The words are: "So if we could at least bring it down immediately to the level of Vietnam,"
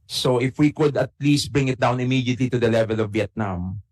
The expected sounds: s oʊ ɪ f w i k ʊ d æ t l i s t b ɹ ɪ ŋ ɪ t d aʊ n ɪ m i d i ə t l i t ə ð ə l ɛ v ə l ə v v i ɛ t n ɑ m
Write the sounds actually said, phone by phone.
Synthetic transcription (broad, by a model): s oʊ ɪ f w i k ʊ d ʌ t l i s t b ɹ ɪ ŋ ɪ t d aʊ n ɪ m i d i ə t l i t ə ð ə l ɛ v ə l ə v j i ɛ t n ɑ m